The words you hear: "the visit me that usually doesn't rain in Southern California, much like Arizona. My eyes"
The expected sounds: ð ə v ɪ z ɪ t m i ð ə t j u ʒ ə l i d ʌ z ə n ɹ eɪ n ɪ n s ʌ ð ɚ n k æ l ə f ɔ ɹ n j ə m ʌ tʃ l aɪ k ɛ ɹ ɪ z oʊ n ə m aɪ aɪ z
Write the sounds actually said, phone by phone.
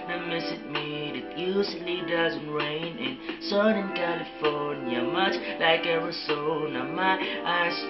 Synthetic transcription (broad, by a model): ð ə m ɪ s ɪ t m i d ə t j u s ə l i d ʌ z ə n ɹ eɪ n ɪ n s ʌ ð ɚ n k æ l ə f ɔ ɹ n j ə m ʌ tʃ l aɪ k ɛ ɹ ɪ s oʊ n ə m aɪ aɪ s